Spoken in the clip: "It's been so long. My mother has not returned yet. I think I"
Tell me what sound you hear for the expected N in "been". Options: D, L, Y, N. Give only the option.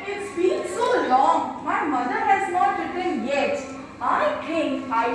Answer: L